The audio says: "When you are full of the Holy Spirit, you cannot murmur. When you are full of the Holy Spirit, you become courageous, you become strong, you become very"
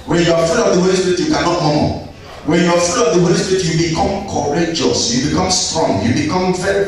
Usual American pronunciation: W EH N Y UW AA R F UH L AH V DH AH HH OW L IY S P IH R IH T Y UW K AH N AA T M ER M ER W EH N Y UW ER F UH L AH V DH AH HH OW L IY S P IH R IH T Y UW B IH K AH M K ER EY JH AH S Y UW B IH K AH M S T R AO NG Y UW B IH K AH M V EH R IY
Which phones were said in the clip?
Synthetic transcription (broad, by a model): W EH N Y UW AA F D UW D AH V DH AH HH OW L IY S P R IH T Y UW K AH N AA T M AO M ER W EH N Y UW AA F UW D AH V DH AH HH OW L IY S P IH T Y UW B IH K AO M K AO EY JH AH S Y UW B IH K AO M S T R AO NG Y UW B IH K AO M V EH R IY